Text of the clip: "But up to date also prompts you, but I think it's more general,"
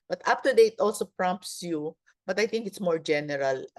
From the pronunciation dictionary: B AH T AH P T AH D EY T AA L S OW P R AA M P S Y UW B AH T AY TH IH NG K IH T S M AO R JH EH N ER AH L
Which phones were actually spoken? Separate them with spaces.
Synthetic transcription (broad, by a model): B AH T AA F T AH D EY T AA L S OW P R AA M P S Y UW B AH T AY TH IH NG K IH T S M AO R JH EH N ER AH L